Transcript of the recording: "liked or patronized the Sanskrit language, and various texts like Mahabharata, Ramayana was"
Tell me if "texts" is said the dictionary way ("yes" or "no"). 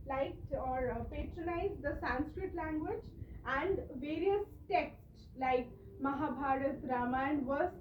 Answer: yes